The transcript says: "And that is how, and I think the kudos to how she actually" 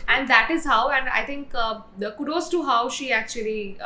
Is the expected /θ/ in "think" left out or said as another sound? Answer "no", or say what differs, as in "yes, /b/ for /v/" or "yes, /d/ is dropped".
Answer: yes, /t/ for /θ/